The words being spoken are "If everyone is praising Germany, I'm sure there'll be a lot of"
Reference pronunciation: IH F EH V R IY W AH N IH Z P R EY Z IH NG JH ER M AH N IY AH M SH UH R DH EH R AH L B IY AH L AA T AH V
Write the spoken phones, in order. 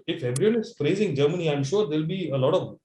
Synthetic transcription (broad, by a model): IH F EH B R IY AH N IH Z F R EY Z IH NG JH ER M AH N IY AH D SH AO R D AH L B IY AH L AA T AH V